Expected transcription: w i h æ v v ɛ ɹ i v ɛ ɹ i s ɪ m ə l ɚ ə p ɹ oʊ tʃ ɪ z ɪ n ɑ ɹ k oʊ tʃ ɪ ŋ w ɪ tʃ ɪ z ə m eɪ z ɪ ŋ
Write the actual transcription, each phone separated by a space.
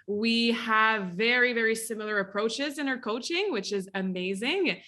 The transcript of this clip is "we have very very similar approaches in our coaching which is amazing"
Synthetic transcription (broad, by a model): w i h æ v v ɛ ɹ i v ɛ ɹ i s ɪ m l ɚ ə p ɹ oʊ tʃ ɪ z ɪ n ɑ ɹ k oʊ tʃ ɪ ŋ w ɪ tʃ ɪ z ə m eɪ z ɪ ŋ